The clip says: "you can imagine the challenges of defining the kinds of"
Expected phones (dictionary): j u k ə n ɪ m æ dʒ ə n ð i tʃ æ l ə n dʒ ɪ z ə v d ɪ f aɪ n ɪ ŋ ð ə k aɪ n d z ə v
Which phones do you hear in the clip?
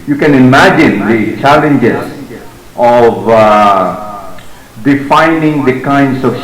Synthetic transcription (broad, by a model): j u k ə n ɪ m æ dʒ ə n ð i tʃ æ l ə n dʒ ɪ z ə v d ɪ f aɪ n ɪ ŋ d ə k aɪ n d s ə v